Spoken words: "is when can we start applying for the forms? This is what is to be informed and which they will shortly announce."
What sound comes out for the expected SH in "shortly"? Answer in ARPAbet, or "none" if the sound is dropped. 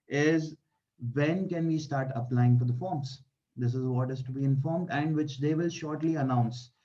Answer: SH